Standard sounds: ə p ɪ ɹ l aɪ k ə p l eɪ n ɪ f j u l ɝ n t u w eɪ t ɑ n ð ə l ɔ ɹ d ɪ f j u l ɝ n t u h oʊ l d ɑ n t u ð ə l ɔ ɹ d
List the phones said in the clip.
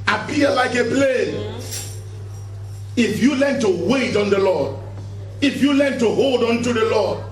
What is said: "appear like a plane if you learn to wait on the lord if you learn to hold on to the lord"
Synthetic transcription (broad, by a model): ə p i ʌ l aɪ k ə p l eɪ n ɪ f j u l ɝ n t u w eɪ t ɑ n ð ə l ɔ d ɪ f j u l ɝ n t u h oʊ l d ɑ n t u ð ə l ɔ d